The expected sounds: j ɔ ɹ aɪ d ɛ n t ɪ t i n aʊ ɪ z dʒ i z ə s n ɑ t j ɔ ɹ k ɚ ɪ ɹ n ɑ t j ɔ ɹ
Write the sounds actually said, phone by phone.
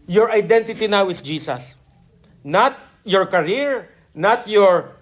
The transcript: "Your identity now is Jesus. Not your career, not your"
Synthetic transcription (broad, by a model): j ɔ ɹ aɪ d ɛ n t ɪ t i n aʊ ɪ s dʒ i s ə s n ɑ t j ɔ ɹ k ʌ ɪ ɹ n ɑ t j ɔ ɹ